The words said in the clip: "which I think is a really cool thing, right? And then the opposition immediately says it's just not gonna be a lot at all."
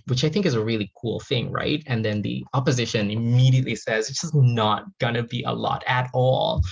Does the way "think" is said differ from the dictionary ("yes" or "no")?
no